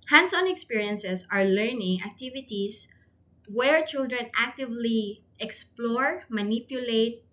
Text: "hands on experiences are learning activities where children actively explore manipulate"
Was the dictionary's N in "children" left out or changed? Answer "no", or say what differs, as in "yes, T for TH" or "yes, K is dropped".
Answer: no